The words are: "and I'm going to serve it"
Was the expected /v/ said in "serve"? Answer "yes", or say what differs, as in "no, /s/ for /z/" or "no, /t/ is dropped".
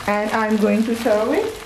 no, /v/ is dropped